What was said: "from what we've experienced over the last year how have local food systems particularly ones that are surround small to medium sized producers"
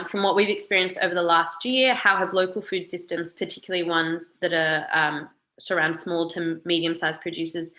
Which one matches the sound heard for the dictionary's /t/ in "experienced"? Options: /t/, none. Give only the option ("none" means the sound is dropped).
/t/